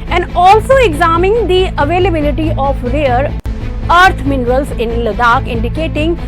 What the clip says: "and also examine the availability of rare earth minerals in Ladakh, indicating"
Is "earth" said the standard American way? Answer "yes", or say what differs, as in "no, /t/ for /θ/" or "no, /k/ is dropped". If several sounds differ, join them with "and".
no, /t/ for /θ/